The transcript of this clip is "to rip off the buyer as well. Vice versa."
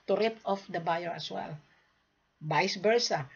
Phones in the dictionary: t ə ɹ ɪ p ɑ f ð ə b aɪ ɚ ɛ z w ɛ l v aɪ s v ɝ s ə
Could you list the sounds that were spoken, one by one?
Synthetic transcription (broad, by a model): t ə ɹ ɪ p ɑ f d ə b aɪ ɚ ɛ s w ɛ l b aɪ s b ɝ s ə